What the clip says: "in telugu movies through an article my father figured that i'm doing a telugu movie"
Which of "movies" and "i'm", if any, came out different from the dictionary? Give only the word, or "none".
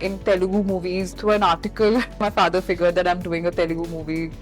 none